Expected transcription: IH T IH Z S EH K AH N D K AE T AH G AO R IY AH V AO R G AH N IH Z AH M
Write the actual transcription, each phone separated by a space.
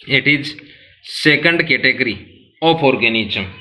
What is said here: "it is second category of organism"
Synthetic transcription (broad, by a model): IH T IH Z S EH K AH N D K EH T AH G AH R IY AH P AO R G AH N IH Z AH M